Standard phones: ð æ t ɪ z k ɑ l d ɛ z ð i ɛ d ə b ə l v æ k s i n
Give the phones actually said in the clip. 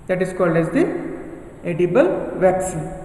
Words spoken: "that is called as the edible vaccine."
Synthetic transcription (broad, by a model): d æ t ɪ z k ɑ l d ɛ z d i ɛ d ə b ə l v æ k s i n